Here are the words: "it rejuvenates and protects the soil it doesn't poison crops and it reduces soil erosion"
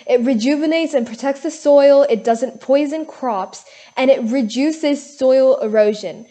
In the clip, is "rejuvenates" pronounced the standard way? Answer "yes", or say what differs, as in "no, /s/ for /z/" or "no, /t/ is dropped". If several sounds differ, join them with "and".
yes